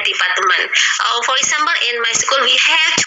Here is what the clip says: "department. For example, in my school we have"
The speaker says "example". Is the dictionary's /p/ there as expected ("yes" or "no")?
no